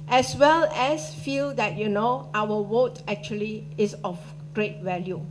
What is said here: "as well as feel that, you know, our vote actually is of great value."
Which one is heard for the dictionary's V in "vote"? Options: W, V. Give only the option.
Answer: W